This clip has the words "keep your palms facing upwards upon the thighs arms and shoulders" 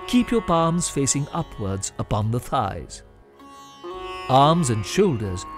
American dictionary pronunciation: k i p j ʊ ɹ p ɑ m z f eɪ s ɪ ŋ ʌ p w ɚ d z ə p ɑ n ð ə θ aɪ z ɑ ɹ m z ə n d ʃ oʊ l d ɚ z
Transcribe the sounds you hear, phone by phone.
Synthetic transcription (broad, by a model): k i p j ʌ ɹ p ɑ m z f eɪ s ɪ ŋ ʌ p w ɚ d z ə p ɑ n ð ə θ aɪ z ɑ ɹ m z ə n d ʃ oʊ l d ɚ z